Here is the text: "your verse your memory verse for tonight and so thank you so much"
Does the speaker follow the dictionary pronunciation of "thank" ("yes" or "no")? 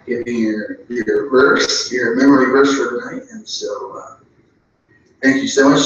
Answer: yes